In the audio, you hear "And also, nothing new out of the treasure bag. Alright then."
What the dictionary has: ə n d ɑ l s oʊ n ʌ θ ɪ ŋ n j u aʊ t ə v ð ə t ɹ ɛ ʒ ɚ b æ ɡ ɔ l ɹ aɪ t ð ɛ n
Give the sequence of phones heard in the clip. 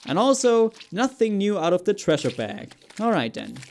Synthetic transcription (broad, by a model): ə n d ɑ l s oʊ n ʌ θ ɪ ŋ n j u aʊ t ə v ð ə t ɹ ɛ ʃ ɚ b æ ɡ ɔ l ɹ aɪ t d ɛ n